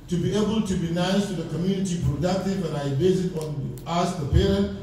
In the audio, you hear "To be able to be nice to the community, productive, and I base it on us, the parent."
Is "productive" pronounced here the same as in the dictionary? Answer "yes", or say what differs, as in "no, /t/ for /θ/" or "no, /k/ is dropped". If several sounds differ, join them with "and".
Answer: no, /k/ is dropped and /b/ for /v/